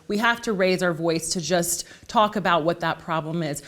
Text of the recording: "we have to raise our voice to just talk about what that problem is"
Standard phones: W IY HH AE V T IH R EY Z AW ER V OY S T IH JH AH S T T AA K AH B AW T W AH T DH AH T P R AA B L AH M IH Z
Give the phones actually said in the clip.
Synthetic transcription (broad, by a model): W IY HH AE F T IH R EY Z AW ER V OY S T IH JH AH S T T AA K AH B AW T W AH T DH AH T P R AA B L AH M IH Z